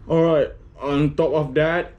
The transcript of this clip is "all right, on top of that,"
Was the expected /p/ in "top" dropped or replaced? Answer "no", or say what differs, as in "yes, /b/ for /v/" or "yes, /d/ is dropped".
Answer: no